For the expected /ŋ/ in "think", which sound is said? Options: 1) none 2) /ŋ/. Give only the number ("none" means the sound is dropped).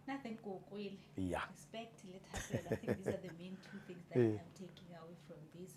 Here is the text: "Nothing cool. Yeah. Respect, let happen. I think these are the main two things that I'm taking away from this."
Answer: 1